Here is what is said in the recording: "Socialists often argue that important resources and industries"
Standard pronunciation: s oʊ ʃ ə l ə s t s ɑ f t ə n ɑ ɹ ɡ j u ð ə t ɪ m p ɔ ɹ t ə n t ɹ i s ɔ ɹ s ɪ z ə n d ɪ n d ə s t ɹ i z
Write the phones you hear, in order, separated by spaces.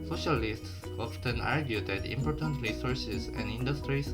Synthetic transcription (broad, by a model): s oʊ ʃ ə l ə s t s ɑ f t ə n ɑ ɹ ɡ j u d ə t ɪ m p ɔ ɹ t ə n t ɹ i s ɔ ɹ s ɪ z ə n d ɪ n d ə s t ɹ i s